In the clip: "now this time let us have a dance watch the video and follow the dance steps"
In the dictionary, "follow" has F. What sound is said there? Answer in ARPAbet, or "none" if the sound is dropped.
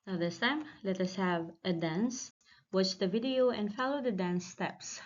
F